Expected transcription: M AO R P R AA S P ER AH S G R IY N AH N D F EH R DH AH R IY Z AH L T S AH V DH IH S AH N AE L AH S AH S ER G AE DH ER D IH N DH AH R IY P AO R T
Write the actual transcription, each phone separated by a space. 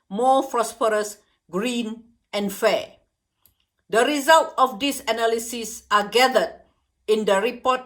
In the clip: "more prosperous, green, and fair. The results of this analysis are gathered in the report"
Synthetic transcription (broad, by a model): M AO P R AA S P ER AH S G R IY N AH N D F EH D AH R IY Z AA L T AH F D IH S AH N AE L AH S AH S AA G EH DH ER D IH N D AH R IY P AO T